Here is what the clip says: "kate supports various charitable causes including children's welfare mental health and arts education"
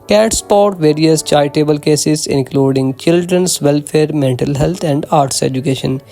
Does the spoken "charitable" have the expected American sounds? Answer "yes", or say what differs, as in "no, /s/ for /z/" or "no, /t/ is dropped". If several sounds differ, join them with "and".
no, /ɹ/ is dropped